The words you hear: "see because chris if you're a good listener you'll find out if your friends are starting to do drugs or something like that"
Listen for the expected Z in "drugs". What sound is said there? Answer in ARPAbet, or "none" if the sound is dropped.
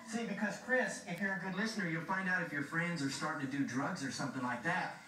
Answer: Z